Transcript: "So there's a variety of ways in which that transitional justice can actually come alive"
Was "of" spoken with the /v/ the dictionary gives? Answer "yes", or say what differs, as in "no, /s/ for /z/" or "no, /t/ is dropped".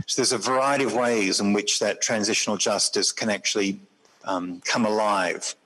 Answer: yes